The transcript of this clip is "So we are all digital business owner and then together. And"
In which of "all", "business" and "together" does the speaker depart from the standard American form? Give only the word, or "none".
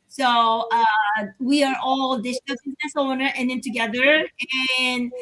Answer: none